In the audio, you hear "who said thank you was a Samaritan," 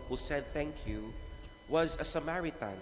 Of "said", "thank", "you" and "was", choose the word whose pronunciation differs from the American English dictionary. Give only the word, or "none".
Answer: none